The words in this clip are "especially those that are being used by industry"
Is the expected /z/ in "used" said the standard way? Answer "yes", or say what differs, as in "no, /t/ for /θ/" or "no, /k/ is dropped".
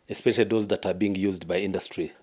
yes